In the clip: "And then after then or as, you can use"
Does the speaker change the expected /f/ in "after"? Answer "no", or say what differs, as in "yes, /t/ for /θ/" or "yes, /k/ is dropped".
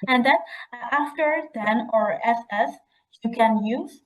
no